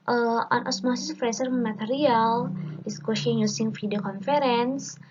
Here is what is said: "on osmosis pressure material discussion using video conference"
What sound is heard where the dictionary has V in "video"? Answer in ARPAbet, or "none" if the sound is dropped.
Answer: F